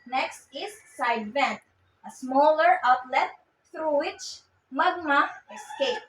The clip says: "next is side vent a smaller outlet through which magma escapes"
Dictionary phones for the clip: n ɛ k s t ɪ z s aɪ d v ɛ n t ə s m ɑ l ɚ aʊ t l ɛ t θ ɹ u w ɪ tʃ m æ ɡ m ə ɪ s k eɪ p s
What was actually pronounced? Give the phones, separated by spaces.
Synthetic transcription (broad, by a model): n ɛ k s t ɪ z s aɪ d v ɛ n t ə s m ɑ l ɚ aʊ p l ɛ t t ɹ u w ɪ tʃ m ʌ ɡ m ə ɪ s k eɪ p